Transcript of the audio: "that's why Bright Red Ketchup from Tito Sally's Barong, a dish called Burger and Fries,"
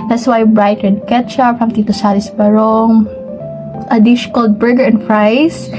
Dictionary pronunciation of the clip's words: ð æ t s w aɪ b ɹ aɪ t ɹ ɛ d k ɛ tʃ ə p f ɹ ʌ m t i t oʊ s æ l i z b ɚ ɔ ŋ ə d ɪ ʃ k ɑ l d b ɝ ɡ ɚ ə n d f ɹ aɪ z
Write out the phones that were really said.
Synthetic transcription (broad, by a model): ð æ t s w aɪ b ɹ aɪ t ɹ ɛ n k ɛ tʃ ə f ɹ ʌ m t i t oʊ s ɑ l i s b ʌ ɔ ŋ ə d ɪ ʃ k ɑ l d b ɝ ɡ ɚ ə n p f ɹ aɪ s